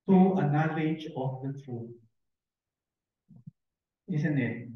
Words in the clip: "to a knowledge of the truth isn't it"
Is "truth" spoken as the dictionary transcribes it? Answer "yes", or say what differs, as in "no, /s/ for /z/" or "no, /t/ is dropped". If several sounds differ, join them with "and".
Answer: no, /t/ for /θ/